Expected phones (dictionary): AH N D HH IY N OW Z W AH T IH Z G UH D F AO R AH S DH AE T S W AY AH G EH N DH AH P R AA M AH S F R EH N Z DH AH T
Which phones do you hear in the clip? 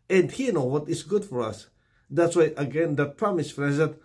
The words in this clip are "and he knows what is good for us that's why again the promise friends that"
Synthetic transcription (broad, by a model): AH N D HH IY N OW W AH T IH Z G UH D F AO R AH S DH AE T S W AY AH G EH N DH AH P R AA M AH S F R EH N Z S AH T